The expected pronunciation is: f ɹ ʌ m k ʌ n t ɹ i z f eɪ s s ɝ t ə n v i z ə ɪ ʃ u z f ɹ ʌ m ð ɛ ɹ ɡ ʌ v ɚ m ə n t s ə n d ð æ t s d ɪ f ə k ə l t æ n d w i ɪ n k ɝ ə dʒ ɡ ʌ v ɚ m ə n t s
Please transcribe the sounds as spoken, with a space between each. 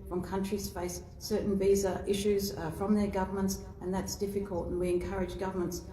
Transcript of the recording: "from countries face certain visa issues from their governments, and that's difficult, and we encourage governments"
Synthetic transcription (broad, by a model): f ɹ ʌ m k ʌ n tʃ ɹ i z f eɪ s s ɝ t n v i z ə ɪ ʃ u z f ɹ ʌ m ð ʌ ɹ ɡ ʌ v ɚ m ə n t s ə n ð æ t s d ɪ f ə k ə l t n w i ɪ n k ɝ ə dʒ ɡ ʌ v ɚ m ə n t s